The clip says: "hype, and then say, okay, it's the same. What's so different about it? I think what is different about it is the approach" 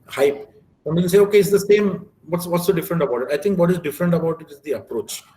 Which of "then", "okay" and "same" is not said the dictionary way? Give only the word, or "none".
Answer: then